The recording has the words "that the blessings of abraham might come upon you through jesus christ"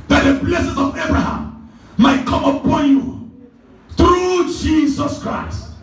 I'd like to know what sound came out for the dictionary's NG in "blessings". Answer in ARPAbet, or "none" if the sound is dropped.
none